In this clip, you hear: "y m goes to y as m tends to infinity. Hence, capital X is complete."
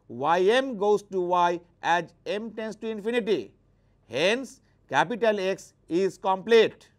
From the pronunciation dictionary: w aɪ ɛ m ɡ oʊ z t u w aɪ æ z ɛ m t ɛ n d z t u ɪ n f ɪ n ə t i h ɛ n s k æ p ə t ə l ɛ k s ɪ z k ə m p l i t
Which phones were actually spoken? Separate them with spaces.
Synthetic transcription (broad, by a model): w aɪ ɛ m ɡ oʊ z t u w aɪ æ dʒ ɛ m t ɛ n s t u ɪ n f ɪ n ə t i h ɛ n s k æ p ə t ə l ɛ k s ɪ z k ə m p l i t